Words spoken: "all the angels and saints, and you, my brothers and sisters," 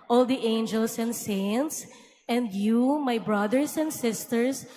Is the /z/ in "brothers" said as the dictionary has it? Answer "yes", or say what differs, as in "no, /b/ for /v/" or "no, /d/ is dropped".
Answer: no, /s/ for /z/